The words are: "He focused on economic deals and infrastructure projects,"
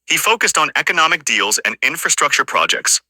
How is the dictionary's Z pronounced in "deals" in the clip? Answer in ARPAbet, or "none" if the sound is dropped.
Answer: Z